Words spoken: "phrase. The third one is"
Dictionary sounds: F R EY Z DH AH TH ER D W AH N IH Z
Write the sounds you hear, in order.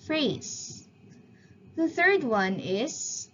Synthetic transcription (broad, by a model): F R EY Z DH AH TH ER D W AH N IH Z